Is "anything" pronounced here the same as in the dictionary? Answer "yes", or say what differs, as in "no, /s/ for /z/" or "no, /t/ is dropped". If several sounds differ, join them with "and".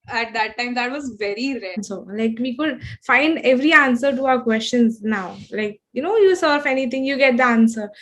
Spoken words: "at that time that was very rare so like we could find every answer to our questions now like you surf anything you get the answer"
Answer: no, /t/ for /θ/